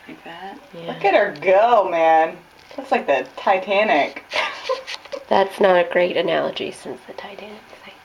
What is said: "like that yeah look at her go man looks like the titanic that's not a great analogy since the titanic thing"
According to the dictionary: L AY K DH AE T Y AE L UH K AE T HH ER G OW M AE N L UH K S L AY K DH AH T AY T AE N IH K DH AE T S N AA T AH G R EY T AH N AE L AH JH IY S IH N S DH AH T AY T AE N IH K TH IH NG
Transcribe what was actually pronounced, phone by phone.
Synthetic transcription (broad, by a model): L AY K DH AE T Y AE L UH K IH T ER G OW M AE N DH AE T S L AY K DH AH T AY T AE N IH K DH AE T S N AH T AH G R EY T AH N AE L AH JH IY S IH N S DH AH T AY T AE N IH K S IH